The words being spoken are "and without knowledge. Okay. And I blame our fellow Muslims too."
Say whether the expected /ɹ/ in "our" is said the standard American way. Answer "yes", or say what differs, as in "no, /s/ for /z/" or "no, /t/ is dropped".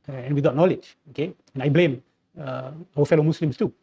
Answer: no, /w/ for /ɹ/